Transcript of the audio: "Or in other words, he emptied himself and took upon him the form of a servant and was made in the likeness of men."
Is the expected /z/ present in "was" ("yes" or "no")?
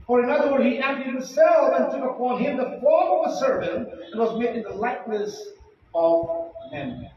yes